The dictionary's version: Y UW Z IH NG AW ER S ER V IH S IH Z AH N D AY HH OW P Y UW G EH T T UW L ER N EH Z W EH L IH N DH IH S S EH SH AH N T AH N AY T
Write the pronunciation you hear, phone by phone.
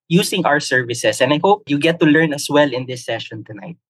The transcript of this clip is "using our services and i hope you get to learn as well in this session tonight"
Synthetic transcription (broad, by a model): Y UW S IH NG AW ER S ER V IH S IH S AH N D AY HH OW P Y UW G EH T T UW L ER N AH S W EH L IH N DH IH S S EH SH AH N T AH N AY T